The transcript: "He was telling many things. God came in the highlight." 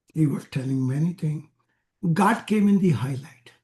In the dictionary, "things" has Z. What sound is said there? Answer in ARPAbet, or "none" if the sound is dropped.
none